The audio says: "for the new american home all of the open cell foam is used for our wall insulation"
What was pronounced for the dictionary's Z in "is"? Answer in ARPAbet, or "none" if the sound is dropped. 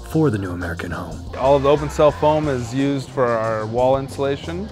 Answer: Z